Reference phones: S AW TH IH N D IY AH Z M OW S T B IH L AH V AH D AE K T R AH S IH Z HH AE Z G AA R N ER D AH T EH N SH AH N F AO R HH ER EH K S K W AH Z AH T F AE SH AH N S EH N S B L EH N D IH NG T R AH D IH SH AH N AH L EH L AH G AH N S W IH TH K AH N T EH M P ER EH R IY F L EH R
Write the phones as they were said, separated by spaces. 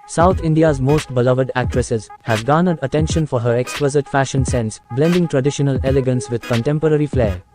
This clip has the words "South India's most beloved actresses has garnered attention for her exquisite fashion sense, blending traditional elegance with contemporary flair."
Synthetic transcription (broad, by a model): S AW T IH N D IY AH Z M OW S T B IH L AH V AH D AE K T R AH S IH Z HH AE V G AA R N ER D AH T EH N SH AH N F AO R HH ER EH K S K W AH Z AH T F AE SH AH N S EH N S B L EH N D IH NG T R AH D IH SH AH N AH L EH L AH G AH N S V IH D K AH N T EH M P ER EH R IY F L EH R